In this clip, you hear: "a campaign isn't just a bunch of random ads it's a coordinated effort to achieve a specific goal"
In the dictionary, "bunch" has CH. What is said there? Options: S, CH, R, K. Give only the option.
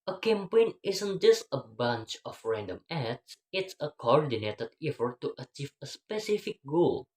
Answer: CH